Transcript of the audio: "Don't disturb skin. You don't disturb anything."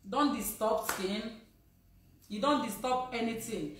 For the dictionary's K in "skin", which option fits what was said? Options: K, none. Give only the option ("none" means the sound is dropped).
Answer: none